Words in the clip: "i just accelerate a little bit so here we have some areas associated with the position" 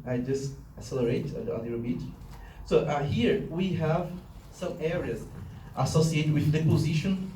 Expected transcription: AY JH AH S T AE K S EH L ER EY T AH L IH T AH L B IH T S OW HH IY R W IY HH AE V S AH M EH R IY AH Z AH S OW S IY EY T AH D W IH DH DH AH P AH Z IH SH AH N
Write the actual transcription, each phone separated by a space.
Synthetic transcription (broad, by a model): AY JH AH S T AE S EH L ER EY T AH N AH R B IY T S OW HH IY R W IY HH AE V S AH M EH R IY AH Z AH S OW S IY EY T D W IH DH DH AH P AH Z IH SH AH N